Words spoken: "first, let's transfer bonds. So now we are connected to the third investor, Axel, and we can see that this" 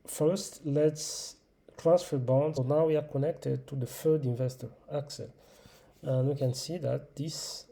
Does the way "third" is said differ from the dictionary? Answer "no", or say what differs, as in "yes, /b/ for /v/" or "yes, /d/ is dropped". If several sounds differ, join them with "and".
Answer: yes, /f/ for /θ/